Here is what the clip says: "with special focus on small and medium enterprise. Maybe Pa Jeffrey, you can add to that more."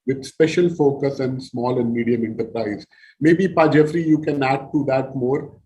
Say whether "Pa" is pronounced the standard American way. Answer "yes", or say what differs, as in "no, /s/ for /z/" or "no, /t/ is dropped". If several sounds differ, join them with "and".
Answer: yes